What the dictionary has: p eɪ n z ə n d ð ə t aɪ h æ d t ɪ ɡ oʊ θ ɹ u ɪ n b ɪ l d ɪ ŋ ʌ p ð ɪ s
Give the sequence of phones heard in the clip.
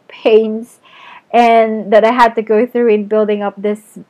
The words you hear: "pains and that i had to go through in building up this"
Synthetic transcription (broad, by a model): p eɪ n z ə n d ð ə t aɪ h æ d t ɪ ɡ oʊ θ ɹ u ɪ n b ɪ l d ɪ ŋ ʌ p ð ɪ s